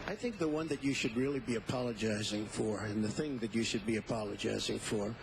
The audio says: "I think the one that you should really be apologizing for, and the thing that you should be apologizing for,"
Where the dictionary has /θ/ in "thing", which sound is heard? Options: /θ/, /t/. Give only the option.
/θ/